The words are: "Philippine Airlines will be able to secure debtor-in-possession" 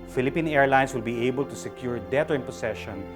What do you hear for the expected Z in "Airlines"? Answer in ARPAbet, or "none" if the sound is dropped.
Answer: S